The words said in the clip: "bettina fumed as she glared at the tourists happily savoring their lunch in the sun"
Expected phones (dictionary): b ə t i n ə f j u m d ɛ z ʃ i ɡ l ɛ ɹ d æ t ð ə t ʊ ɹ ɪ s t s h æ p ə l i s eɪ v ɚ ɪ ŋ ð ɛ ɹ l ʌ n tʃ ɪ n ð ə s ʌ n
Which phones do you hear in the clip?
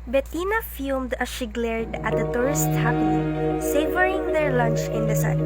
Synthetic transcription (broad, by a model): b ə t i n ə f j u m d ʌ ʃ i ɡ l ɛ ɹ d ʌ t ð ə t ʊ ɹ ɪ s t h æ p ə n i s eɪ v ɚ ɪ ŋ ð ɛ ɹ l ʌ n tʃ ɪ n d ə s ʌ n